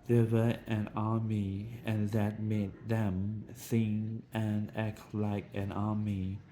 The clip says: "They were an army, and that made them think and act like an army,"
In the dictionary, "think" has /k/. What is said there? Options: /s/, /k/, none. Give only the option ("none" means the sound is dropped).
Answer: none